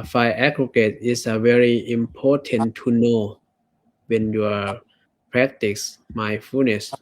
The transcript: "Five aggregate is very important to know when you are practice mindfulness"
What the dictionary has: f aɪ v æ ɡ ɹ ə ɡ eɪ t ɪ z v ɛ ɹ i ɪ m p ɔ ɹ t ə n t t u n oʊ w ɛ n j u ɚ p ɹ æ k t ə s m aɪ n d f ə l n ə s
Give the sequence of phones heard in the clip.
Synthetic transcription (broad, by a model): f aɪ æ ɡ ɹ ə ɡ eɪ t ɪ s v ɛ ɹ i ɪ m p ɔ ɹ t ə n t t u n oʊ w ɛ n j u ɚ p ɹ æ k t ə s m aɪ f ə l n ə s